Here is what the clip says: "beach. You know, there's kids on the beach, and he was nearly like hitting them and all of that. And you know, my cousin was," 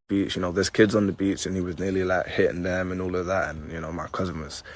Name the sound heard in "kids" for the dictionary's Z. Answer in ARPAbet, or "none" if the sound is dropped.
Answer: Z